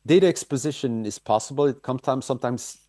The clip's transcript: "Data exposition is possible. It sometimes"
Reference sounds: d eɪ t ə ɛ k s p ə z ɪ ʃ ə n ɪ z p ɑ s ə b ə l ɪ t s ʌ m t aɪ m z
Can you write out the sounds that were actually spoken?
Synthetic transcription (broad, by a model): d eɪ t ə ɛ k s p ə z ɪ ʃ ə n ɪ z p ɑ s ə b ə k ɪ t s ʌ m t aɪ m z